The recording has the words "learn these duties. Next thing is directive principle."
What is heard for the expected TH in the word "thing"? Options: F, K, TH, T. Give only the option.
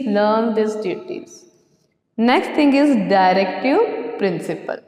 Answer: T